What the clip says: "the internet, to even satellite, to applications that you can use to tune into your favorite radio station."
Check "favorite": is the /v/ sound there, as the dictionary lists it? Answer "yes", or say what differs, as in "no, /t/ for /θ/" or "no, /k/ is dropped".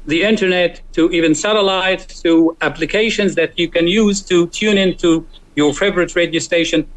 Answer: yes